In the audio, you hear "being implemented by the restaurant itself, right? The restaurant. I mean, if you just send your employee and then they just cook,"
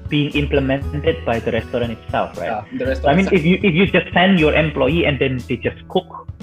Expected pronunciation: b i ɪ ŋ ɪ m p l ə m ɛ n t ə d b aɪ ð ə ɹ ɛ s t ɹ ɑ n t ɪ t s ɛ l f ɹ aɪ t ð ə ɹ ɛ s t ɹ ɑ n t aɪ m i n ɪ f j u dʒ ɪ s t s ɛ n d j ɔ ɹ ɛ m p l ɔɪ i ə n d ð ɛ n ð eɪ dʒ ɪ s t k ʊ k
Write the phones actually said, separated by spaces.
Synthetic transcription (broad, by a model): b i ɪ ŋ ɪ m p l ə m ɛ n t ə d b aɪ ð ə ɹ ɛ s t ɹ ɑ n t ɪ t s ɛ l f ɹ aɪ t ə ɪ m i n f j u ɪ f j u dʒ ɪ s t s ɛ n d j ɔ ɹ ɛ m p l ɔɪ i ə n d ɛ n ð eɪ dʒ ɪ s k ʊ k